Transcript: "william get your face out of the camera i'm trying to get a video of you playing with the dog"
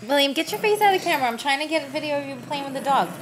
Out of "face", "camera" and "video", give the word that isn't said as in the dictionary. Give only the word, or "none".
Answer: face